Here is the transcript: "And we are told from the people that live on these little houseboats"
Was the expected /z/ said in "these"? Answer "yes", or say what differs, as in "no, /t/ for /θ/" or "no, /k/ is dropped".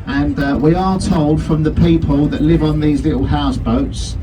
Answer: yes